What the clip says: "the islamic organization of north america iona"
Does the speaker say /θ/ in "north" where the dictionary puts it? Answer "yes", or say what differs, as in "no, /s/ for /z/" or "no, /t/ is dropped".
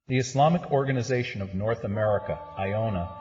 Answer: yes